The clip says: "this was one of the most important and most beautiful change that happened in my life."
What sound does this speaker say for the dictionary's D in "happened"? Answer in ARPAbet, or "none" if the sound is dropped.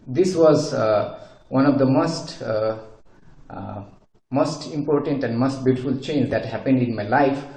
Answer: D